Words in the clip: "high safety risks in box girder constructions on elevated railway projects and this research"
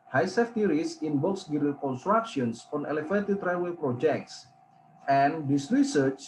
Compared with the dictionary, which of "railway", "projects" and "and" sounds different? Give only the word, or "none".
railway